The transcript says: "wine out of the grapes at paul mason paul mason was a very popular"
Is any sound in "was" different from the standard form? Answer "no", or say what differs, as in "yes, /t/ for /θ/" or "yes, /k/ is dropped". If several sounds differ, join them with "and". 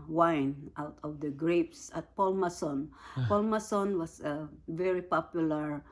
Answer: yes, /s/ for /z/